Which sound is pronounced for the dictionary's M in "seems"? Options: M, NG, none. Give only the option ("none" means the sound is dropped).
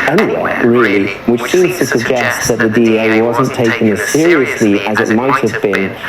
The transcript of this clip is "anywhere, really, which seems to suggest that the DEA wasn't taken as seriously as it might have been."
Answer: none